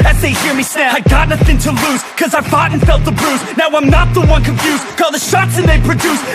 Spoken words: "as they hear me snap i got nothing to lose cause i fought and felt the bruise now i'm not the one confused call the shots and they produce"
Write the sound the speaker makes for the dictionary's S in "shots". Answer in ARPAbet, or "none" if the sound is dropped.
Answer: S